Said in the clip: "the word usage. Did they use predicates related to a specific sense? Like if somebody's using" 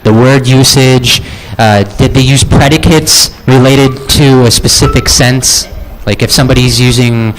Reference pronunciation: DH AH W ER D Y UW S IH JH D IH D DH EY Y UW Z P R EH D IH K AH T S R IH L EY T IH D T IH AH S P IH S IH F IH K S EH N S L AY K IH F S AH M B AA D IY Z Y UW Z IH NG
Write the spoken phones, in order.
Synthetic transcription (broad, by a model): DH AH W ER D Y UW S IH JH D IH D DH EY Y UW Z P R EH D IH K AH T S R IH L EY T IH D T IH AH S P IH S IH F IH K S EH N S L AY K IH F S AH M B AA D IY Z Y UW Z IH NG